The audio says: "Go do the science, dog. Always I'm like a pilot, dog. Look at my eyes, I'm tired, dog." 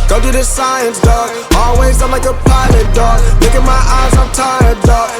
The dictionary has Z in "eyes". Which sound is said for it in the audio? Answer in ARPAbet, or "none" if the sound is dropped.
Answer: Z